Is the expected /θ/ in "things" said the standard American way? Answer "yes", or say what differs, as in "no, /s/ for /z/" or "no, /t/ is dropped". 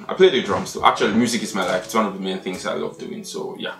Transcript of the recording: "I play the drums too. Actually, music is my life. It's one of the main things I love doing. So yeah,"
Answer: yes